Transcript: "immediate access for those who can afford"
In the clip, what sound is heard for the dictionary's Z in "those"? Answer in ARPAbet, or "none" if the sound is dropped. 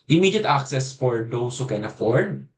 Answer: S